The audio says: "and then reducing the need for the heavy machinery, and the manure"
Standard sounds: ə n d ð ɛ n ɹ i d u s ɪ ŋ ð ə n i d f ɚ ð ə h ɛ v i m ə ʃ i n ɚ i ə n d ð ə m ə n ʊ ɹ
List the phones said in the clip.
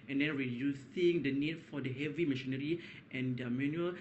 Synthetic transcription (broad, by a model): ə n d ɛ n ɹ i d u s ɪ ŋ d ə n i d f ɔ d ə h ɛ v i m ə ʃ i n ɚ i ə n d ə m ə n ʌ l